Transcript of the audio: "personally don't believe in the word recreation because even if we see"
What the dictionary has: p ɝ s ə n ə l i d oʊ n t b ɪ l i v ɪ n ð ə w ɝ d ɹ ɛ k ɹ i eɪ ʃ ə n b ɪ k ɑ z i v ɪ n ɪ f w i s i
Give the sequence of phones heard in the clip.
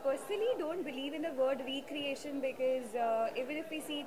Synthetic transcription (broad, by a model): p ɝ s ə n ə l i d oʊ n t b ɪ l i v ɪ n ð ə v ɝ d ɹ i k ɹ i eɪ ʃ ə n b ɪ k ɑ z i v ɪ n ɪ f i s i